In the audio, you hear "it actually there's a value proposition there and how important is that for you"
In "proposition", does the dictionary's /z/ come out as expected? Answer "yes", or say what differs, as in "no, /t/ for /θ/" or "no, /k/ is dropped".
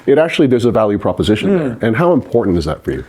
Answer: yes